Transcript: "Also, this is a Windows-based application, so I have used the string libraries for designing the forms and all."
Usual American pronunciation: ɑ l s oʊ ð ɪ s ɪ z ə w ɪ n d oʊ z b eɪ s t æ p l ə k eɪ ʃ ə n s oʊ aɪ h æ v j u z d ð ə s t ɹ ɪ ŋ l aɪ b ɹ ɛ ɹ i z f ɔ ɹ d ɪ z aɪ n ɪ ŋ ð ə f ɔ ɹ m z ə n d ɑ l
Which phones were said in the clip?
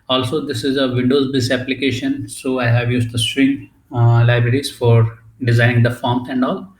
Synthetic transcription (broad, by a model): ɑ l s oʊ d ɪ s ɪ z ə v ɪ n d oʊ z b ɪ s æ p l ə k eɪ ʃ ə n s oʊ aɪ h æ v j u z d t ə s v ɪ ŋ l aɪ b ɹ ɛ ɹ i z f ɔ ɹ d ɪ z aɪ n ɪ ŋ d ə f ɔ ɹ m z ə n d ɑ l